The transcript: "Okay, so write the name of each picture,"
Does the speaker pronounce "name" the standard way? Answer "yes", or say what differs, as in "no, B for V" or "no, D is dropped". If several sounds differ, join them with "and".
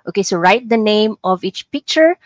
yes